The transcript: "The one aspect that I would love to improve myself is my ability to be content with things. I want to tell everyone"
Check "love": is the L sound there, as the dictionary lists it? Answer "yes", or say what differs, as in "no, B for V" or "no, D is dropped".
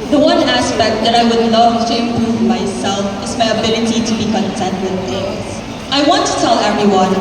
no, N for L